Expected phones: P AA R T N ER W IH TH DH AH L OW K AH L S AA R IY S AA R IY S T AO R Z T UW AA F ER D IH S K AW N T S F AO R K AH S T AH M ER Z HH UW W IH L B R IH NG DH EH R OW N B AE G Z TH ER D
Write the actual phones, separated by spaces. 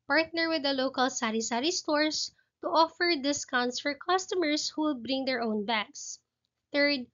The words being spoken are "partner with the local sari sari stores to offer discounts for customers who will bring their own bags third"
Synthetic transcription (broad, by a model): P AA R T N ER W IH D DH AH L OW K AH L S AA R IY S AA R IY S T AO R S T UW AA F ER D IH S K AW N T S F AO R K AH S T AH M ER S HH UW W IH L B R IH NG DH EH R OW N B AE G S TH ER D